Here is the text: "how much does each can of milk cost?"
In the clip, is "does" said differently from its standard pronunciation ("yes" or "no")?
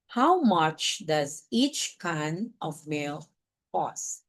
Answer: no